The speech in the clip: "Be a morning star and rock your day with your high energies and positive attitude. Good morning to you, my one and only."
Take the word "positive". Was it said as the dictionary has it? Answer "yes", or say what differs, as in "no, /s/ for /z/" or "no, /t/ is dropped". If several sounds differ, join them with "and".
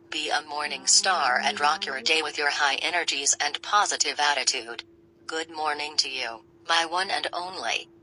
yes